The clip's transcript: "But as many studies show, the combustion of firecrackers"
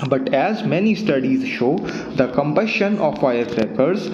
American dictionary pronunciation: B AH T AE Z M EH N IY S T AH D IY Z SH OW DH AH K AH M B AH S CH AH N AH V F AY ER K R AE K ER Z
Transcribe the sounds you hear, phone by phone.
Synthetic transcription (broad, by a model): B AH T AE Z M EH N IY S T AH D IY Z SH OW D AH K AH M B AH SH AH N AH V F AY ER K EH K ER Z